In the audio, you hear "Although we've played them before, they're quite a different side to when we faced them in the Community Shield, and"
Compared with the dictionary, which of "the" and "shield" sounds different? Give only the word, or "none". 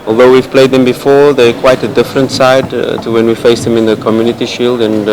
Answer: none